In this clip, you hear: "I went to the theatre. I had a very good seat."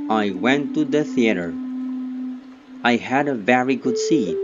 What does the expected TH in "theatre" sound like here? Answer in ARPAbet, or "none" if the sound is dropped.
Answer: TH